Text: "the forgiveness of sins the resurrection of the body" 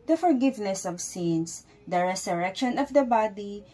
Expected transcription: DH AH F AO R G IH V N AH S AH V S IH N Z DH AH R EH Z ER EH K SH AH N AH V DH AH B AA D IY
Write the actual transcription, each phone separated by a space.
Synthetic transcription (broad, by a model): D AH F AO R G IH V N AH S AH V S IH N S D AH R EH S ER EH K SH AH N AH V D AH B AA D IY